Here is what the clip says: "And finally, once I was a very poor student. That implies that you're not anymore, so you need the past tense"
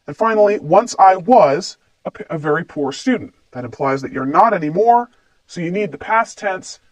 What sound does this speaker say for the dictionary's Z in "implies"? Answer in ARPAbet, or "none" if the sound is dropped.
Z